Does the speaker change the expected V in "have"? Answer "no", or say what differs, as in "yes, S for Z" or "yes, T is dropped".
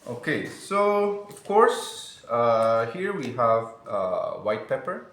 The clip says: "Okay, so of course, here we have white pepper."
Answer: no